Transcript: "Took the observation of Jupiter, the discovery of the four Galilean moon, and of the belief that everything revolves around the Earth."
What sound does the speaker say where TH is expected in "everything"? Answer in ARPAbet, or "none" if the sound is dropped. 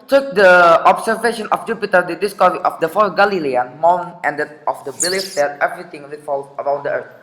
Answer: T